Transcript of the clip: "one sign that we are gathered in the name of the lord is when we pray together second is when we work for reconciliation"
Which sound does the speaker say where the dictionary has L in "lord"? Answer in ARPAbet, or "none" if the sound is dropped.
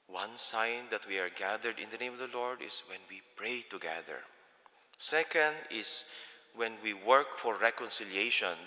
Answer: L